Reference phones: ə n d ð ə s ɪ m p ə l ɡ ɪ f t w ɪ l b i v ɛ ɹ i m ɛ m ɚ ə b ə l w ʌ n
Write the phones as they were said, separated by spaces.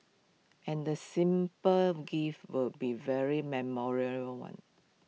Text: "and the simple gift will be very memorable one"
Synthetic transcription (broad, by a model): ə n d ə s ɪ m p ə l ɡ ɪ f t w ɪ l b i v ɛ ɹ i m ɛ m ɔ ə ə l w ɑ n